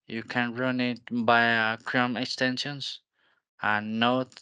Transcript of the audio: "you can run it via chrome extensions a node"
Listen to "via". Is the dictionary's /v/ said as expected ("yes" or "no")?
no